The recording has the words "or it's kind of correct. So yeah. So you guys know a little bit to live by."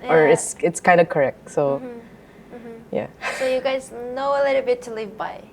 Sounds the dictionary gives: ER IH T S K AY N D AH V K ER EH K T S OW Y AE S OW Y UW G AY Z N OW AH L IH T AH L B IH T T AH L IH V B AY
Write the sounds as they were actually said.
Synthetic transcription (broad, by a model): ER IH T S K AY N D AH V K ER EH K T S OW Y AE S OW Y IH G AY Z N OW AH L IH T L B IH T T AH L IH V B AY